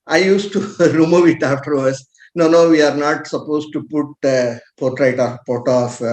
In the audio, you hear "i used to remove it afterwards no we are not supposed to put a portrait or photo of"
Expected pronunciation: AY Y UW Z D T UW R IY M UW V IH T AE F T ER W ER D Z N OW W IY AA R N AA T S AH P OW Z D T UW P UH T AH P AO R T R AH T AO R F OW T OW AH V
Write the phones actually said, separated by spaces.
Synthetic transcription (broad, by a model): AY Y UW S T UW R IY M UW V IH T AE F T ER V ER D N N OW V IY AA R N AA T S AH P OW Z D T UW P UH T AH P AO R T R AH T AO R P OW T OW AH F